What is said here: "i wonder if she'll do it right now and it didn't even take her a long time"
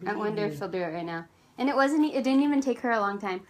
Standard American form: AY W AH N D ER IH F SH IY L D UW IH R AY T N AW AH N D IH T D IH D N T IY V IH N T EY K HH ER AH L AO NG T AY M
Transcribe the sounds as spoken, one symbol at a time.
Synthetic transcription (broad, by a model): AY W AH N D ER F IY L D IH R AY T N AW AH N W IH T D IH D N T IY V IH N T EY K HH ER AH L AO NG T AY M